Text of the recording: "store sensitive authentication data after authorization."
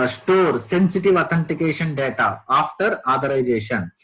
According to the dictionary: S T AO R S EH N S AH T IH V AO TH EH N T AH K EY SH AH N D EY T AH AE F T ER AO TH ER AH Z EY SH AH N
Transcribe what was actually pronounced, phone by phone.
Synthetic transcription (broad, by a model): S T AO R S EH N S AH T IH V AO T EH N T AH K EY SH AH N D EY T AH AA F T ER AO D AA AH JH EY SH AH N